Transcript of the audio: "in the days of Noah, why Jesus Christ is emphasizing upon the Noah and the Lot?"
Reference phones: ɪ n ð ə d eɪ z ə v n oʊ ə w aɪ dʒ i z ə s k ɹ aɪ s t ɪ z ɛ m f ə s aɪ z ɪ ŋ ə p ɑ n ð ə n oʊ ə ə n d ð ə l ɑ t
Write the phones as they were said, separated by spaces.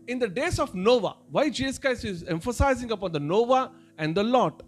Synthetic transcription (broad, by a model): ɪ n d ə d eɪ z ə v n oʊ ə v aɪ dʒ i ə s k aɪ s ɪ z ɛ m f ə s aɪ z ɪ ŋ ə p ɑ n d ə n oʊ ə ə n d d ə l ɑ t